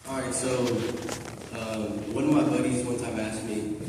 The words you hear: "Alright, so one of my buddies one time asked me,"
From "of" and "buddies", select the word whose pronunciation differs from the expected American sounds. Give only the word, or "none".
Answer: none